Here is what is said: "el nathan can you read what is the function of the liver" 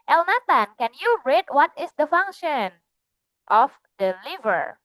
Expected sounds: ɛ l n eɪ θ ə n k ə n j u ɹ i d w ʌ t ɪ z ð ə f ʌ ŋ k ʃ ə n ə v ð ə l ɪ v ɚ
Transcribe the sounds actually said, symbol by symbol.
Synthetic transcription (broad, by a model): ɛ l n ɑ t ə n k ə n j u ɹ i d w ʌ t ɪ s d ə f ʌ ŋ k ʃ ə n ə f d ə l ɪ v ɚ